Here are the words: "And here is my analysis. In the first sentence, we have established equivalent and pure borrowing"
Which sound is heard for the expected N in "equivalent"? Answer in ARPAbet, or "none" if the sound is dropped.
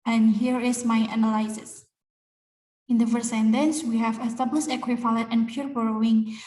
none